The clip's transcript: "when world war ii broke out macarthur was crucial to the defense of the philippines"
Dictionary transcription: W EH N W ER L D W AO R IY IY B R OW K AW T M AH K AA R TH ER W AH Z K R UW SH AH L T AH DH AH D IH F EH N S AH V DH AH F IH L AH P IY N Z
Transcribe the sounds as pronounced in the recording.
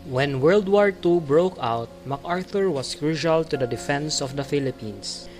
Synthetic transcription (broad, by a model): W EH N W ER L D W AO R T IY B R OW K AW T M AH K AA R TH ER W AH S K R UW SH AH L T AH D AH D IH F EH N S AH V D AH F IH L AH P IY N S